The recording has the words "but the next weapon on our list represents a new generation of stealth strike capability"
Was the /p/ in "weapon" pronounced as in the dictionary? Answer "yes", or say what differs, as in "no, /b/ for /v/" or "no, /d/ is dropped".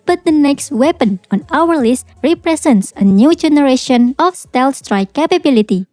yes